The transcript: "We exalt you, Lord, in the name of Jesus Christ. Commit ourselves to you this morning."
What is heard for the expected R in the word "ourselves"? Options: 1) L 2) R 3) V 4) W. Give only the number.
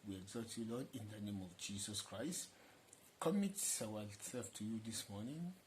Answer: 4